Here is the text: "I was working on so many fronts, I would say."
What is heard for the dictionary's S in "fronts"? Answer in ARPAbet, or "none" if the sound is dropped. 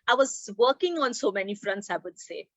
S